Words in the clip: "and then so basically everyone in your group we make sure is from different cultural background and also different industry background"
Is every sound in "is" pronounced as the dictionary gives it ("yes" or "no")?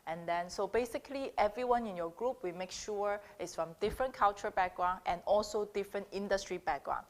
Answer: no